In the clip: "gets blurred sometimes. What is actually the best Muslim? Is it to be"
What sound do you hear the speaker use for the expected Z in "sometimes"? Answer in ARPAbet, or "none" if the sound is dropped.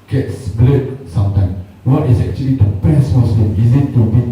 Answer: none